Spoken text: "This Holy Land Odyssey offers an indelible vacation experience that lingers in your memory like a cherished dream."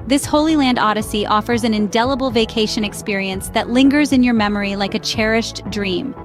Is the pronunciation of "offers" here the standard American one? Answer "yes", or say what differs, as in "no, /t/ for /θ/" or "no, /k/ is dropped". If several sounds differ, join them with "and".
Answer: yes